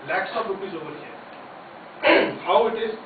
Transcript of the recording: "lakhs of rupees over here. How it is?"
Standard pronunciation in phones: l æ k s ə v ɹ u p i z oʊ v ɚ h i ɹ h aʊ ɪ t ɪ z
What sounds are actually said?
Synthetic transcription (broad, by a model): l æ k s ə p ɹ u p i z oʊ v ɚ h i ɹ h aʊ ɪ t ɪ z